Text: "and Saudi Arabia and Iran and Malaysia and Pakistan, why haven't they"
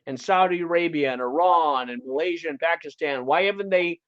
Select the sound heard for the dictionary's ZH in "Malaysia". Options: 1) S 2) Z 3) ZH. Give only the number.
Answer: 3